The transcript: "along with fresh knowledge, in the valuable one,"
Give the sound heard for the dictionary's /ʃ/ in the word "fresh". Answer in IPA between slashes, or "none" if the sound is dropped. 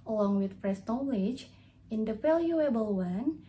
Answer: /s/